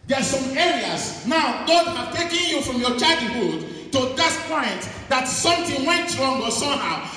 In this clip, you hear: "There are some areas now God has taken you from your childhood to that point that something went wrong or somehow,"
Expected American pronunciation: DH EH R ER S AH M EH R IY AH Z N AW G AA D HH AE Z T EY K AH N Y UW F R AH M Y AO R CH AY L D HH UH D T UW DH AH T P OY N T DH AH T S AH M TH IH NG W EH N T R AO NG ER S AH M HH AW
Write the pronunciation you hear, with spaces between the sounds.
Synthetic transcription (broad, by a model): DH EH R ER S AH M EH R IY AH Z N AW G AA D HH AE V T EY K AH N Y UW F R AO M Y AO CH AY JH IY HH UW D T UW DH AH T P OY N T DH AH T S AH M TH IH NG W EH N T R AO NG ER S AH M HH AW